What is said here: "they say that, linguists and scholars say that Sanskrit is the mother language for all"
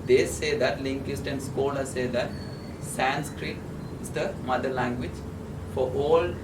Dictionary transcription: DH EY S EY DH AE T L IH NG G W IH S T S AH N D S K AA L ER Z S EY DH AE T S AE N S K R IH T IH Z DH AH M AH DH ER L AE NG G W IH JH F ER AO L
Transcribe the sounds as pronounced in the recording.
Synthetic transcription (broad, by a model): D EY S EY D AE T L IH NG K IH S T AH N D S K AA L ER S EY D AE T S AE N S K R IH T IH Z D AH M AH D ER L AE NG G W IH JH F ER AO L